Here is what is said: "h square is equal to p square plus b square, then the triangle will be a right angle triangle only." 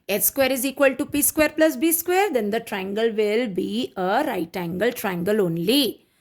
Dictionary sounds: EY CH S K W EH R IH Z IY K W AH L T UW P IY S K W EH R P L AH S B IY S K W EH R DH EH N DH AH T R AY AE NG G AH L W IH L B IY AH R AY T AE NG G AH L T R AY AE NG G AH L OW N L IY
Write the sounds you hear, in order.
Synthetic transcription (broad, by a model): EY S K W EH R IH Z IY K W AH L T UW P IY S K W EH R P L AH S B IY S K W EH R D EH N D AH T R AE NG G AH L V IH L B IY AH R AY T AE NG G AH L T R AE NG G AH L OW N L IY